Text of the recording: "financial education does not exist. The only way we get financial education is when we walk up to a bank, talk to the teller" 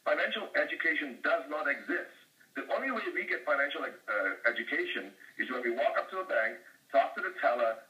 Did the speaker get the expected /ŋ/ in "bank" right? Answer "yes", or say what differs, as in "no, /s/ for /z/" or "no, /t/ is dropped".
yes